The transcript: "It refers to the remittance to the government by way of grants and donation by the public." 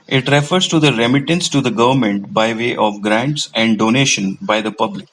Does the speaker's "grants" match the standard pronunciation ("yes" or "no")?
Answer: yes